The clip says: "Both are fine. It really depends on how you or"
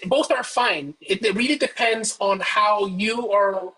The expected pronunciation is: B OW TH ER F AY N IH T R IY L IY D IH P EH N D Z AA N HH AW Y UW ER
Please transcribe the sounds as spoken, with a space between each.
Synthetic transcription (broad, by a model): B OW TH ER F AY N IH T R IY L IY D IH P EH N D Z N HH AW Y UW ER